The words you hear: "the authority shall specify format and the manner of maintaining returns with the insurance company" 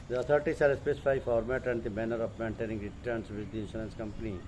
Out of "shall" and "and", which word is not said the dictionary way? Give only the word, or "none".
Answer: shall